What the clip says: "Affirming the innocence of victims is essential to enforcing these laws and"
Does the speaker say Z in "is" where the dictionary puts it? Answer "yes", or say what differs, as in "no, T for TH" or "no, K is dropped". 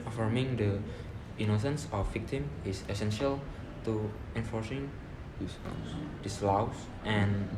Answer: no, S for Z